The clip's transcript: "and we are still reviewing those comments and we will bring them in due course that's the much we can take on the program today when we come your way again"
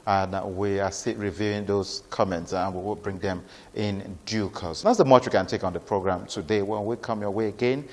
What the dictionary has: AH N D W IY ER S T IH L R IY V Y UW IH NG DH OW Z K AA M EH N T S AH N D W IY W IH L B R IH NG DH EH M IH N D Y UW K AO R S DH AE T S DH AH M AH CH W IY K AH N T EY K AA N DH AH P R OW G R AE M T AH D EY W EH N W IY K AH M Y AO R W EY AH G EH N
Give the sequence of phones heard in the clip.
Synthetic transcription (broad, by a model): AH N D W IY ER S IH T R IY V Y UW IH NG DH OW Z K AA M EH N T S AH N W IY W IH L B R IH NG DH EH M IH N D Y UW K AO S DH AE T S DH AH M AH CH W IY K AH N T EY K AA N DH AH P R OW G R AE M T AH D EY W EH N W IY K AH M Y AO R W EY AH G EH N